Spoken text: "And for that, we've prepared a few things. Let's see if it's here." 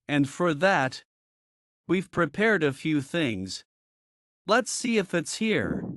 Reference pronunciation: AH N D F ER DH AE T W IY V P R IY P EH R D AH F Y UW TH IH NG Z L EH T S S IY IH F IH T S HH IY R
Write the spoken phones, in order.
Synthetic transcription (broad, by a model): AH N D F ER DH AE T W IY V P R IY P EH R D AH F Y UW TH IH NG Z L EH T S S IY IH F IH T S HH IY R